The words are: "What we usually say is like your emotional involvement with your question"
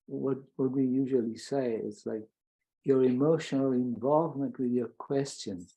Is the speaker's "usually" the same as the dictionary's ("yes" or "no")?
yes